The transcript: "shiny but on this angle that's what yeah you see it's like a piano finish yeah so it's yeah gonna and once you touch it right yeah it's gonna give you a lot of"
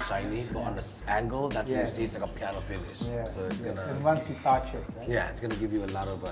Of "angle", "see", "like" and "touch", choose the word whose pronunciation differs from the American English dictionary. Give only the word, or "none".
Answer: touch